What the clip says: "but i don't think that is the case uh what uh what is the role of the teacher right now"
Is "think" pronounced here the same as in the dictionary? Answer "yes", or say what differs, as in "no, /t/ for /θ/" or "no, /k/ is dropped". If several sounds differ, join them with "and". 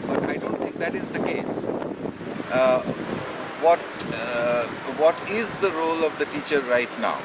no, /t/ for /θ/